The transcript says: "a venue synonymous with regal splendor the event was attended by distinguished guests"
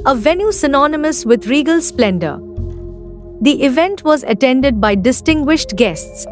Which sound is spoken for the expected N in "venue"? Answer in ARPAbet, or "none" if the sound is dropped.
N